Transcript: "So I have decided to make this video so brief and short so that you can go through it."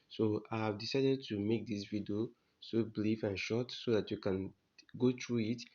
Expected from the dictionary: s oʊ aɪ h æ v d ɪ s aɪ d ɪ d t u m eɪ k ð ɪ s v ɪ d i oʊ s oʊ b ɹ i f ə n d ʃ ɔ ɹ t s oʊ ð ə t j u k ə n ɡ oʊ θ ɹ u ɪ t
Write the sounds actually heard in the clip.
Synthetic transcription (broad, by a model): s oʊ aɪ h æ v d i s aɪ d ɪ d t u m eɪ k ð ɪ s v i d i oʊ s oʊ b l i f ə n ʃ ɔ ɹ t s oʊ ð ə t j u k ə n ɡ oʊ t ɹ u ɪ t